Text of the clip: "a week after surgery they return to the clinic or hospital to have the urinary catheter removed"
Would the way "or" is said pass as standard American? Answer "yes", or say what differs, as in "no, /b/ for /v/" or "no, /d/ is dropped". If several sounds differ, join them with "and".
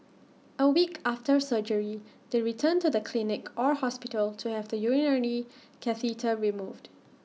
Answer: yes